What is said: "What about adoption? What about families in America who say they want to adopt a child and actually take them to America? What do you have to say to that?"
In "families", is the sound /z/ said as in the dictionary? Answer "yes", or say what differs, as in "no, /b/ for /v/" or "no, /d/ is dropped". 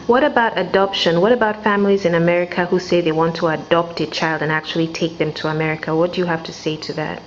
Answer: yes